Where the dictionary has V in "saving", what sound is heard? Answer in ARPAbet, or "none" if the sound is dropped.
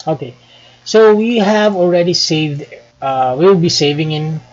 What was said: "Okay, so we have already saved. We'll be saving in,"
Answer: V